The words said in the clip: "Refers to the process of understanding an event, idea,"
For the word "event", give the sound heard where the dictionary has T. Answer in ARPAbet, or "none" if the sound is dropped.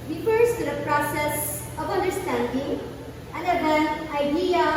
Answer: none